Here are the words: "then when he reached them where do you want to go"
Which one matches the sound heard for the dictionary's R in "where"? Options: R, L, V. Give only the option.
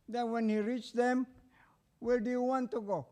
L